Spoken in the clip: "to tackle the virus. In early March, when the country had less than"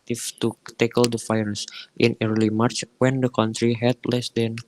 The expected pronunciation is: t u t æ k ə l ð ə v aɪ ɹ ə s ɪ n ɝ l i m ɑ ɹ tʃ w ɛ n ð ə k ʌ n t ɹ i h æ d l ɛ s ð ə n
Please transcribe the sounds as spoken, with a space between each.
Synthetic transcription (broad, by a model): t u t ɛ k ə l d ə f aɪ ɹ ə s ɪ n ɝ l i m ɑ ɹ tʃ w ɛ n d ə k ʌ n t ɹ i h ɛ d l ɛ s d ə n